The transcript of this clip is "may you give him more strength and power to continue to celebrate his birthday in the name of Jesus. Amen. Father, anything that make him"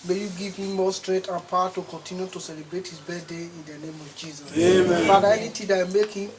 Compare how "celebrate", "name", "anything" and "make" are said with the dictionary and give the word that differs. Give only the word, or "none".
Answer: anything